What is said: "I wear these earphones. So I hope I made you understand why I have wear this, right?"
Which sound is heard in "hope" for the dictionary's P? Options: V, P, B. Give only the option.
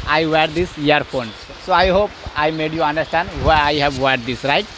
P